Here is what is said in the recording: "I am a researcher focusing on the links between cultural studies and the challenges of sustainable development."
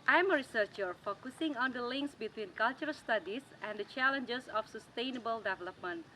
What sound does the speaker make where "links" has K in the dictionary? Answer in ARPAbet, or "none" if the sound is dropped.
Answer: K